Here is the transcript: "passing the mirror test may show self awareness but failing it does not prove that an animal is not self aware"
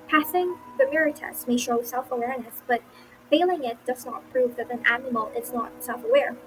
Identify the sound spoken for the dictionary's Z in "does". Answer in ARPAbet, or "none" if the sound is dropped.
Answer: Z